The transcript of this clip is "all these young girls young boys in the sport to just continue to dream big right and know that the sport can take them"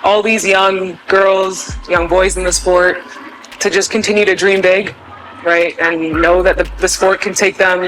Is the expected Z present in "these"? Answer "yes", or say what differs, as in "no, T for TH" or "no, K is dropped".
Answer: yes